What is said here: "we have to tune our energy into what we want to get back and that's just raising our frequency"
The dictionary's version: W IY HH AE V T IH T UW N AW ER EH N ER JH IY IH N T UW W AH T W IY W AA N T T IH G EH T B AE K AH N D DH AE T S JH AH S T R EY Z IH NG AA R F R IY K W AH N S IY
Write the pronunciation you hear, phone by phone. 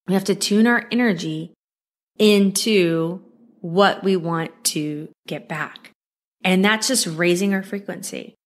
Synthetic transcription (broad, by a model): W IY HH AE F T IH T UW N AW ER EH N ER JH IY IH N T UW W AH T W IY W AA N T T IH G EH T B AE K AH N DH AE T S JH AH S T R EY Z IH NG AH R F R IY K W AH N S IY